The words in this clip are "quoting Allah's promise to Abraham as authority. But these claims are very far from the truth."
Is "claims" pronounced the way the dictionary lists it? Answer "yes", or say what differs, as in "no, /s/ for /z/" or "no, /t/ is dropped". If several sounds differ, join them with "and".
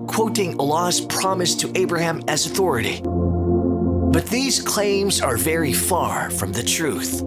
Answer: yes